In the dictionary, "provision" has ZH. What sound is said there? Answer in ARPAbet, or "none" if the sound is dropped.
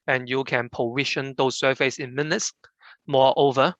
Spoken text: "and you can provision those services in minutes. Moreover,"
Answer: SH